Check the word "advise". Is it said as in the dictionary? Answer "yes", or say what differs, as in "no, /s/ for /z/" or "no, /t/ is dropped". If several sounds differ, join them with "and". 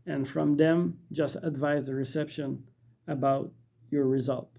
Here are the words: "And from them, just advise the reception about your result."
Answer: yes